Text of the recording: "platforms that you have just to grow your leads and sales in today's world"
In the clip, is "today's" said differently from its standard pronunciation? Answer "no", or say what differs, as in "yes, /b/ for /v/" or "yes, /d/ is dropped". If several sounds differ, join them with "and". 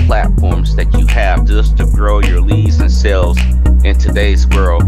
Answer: no